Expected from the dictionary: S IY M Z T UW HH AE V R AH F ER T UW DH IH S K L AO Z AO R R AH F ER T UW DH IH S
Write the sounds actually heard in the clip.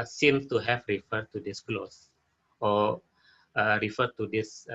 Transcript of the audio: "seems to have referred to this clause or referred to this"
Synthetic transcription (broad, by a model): S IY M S T UW HH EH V R AH F ER T UW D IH S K L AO S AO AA R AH F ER T UW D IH S